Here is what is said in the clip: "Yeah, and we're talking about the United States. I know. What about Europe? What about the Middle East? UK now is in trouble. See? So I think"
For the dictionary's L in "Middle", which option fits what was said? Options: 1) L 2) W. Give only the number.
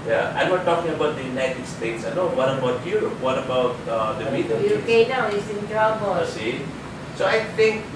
2